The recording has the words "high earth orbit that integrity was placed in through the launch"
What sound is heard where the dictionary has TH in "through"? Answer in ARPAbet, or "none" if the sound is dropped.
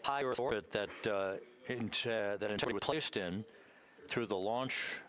TH